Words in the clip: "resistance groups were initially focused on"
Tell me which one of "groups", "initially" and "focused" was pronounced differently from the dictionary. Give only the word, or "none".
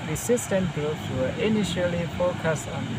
groups